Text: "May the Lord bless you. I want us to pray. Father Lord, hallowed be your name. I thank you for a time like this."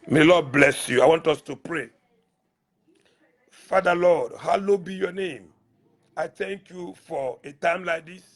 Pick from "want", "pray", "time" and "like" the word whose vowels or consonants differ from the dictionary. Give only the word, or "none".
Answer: none